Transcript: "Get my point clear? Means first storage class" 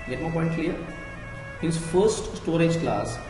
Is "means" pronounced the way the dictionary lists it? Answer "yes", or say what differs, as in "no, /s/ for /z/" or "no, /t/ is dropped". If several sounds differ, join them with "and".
no, /n/ is dropped